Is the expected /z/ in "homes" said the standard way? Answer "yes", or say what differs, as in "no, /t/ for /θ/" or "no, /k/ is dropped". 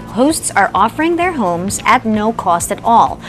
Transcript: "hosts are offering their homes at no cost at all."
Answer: yes